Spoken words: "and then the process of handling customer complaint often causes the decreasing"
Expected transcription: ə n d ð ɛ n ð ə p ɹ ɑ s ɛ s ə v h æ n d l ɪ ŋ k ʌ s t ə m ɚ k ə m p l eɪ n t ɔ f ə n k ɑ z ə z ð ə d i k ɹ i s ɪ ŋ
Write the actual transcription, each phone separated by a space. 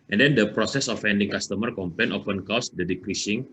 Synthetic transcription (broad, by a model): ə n d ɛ n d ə p ɹ ɑ s ɛ s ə f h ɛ n d ɪ ŋ k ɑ s t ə m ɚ k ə m p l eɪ n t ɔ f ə n k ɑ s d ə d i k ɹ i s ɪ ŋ